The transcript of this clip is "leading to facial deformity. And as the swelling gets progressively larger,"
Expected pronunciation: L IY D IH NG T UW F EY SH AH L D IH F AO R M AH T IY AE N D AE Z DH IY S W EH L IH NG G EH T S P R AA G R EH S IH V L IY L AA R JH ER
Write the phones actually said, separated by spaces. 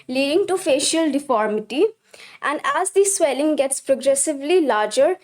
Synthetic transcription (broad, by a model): L IY D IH NG T UW F EY SH AH L D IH F AO R M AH T IY AE N D AE Z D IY S W EH L IH NG G EH T S P R AA G R EH S IH V L IY L AA R JH ER